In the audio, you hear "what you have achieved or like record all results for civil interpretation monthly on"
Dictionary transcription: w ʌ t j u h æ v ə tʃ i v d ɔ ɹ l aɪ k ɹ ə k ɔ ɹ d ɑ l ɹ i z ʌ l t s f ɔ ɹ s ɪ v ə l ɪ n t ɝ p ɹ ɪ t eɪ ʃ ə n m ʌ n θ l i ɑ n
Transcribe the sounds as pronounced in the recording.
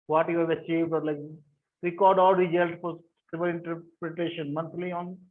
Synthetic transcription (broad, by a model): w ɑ t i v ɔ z ə tʃ i v d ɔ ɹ l aɪ k ɹ ə k ɔ ɹ d ɑ l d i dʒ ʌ l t f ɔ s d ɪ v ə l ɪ n t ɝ p ɹ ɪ t eɪ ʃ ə n m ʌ n t l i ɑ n